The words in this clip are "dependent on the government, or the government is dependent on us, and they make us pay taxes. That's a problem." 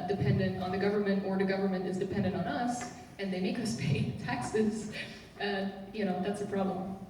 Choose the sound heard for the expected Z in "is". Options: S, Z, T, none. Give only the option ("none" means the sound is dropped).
Z